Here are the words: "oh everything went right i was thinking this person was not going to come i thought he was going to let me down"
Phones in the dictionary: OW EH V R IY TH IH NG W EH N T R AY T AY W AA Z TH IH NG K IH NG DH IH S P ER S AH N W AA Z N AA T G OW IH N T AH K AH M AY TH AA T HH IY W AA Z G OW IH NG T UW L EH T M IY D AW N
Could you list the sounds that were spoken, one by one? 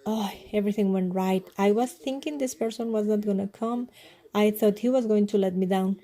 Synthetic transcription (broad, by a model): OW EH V R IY T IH NG W EH N T R AY T AY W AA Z T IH NG K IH NG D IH S P ER S AH N W AA Z N AA T G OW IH N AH K AH M AY T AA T HH IY W AA Z G OW IH NG T UW L EH T M IY D AW N